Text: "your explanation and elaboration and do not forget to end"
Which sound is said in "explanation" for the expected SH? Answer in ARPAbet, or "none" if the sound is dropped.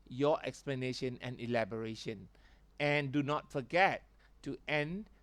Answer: SH